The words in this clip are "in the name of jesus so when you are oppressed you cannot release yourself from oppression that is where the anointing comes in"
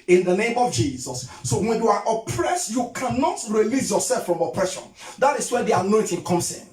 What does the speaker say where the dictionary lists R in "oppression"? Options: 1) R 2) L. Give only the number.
1